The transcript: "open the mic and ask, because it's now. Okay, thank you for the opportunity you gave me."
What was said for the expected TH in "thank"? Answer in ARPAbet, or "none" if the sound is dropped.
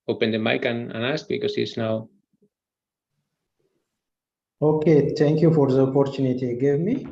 T